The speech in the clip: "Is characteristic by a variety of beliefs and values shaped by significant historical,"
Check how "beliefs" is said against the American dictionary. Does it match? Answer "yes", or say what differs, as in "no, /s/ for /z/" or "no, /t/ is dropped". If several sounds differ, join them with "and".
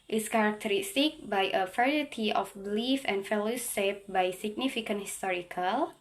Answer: no, /s/ is dropped